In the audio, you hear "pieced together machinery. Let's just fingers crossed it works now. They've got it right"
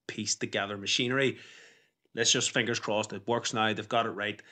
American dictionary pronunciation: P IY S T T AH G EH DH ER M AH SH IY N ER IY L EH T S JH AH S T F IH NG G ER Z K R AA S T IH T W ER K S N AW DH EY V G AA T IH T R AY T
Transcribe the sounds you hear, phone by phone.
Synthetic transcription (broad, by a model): P IY S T T AH G EH DH ER M AH SH IY N ER IY L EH T S JH AH S T F IH NG G ER Z K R AA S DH IH T W ER K S N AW DH EY V G AA T IH T R AY T